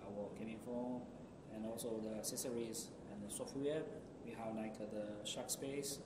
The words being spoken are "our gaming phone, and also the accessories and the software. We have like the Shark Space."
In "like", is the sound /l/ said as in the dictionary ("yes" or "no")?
no